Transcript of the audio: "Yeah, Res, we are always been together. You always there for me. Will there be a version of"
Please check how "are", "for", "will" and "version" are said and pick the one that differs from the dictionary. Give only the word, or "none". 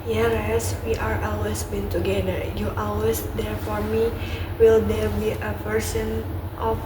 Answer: version